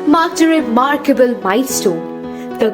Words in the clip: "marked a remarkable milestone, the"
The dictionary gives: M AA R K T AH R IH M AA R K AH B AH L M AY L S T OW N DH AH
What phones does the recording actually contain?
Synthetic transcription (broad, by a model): M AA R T AH R IH M AA R K AH B AH L M AY S T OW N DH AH